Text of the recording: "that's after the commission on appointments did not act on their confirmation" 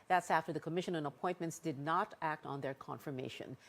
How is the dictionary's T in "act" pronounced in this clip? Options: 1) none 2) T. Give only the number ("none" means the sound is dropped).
2